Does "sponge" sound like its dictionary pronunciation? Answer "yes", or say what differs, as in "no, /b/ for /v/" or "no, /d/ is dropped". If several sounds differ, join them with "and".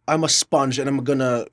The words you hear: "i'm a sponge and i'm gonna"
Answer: yes